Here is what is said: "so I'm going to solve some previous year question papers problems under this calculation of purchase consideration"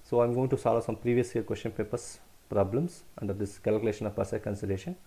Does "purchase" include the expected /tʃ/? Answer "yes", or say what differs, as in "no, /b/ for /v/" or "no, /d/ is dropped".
no, /s/ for /tʃ/